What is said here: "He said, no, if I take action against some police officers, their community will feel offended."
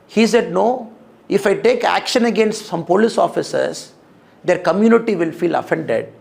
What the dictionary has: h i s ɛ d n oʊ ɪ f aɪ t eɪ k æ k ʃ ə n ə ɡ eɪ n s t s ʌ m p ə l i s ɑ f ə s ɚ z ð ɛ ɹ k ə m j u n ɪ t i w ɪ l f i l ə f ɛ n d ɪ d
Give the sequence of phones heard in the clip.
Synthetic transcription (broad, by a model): h i s ɛ d n oʊ ɪ f aɪ t eɪ k æ k ʃ ə n ə ɡ eɪ n s t s ʌ m p ə l i s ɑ f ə s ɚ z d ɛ ɹ k ə m j u n ɪ t i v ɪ l f i l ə f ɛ n d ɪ d